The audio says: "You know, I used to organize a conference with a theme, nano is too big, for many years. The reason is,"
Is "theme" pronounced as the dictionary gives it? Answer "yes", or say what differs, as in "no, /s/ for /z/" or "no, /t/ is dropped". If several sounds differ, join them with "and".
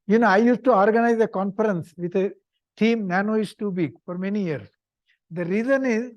no, /t/ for /θ/